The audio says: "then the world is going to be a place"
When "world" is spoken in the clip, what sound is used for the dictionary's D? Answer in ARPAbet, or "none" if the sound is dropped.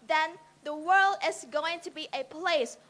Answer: D